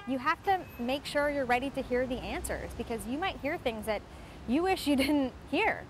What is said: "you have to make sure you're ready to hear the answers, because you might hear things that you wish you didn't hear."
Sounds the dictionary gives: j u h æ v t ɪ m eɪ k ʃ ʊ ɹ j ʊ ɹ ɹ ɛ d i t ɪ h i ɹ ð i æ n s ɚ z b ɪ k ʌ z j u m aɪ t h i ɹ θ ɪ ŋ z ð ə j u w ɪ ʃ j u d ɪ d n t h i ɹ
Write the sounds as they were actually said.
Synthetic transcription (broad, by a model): j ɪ h æ f t ɪ m eɪ k ʃ ʊ ɹ j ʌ ɹ ɹ ɛ d i t ɪ h i ɹ ð i æ n s ɚ z b ɪ k ʌ z j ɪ m aɪ t h i ɹ θ ɪ ŋ z ð ə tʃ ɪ w ɪ ʃ j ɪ d ɪ d n t h i ɹ